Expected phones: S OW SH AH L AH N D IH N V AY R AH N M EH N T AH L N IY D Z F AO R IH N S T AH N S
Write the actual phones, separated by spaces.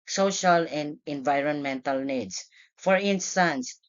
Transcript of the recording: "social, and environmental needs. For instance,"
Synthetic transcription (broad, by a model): S OW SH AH L AH N D IH N V AY R AH N M EH N T AH L N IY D S F AO R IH N S T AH N S